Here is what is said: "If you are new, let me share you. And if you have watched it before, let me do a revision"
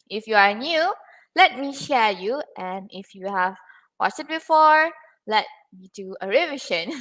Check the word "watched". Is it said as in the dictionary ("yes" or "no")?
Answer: no